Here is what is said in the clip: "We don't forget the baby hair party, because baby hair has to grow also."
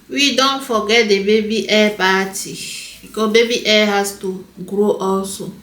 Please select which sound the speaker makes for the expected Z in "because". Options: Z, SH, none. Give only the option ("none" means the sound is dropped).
none